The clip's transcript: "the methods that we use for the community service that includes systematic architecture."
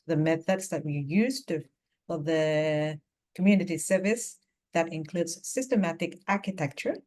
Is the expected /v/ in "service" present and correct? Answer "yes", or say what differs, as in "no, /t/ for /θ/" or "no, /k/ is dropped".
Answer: yes